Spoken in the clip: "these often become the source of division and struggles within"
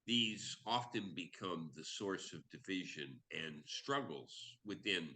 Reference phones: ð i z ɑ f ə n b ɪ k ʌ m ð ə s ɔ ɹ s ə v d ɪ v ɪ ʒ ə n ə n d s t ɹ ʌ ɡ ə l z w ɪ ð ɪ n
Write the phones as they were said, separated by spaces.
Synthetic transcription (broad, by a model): ð i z ɑ f ə n b ɪ k ʌ m ð ə s ɔ ɹ s ə v d ɪ v ɪ ʒ ə n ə n s t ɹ ʌ ɡ l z w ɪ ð ɪ n